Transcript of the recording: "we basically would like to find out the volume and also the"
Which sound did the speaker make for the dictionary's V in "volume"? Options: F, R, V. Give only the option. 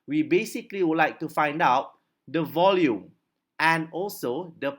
V